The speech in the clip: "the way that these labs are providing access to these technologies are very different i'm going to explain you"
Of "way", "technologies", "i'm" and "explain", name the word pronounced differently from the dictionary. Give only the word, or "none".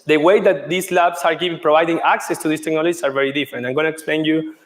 technologies